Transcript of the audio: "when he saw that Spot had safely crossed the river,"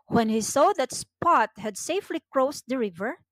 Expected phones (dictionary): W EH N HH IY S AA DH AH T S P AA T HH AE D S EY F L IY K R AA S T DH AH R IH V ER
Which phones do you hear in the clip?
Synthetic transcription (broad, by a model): W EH N HH IY S AA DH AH T S P AA T HH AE D S EY F L IY K R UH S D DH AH R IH V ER